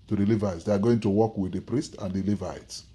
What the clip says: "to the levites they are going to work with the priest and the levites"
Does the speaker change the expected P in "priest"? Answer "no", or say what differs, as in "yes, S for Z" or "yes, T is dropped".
no